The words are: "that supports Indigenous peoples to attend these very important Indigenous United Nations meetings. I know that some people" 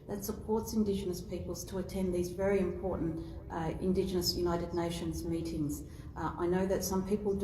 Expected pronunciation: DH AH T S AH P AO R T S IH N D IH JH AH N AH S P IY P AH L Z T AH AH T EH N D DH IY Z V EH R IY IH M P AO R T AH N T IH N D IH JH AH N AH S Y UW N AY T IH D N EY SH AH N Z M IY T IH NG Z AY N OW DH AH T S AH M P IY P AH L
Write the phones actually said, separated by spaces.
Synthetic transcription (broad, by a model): DH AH T S AH P AO R T S IH N D IH JH AH N AH S P IY P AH L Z T AH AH T EH N DH IY Z V EH R IY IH M P AO R T N T IH N D IH JH AH N AH S Y UW N AY T IH D N EY SH AH N Z M IY T IH NG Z AY N OW DH AH T S AH M P IY P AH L